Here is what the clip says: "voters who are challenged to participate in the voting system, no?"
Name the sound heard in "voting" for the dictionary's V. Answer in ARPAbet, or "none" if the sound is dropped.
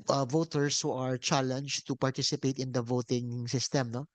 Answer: V